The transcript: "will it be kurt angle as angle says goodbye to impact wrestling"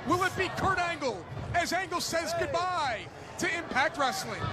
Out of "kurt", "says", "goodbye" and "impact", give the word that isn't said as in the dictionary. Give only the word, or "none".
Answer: none